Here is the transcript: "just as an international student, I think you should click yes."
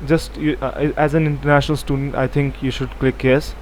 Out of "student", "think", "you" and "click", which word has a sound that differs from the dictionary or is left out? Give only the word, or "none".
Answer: think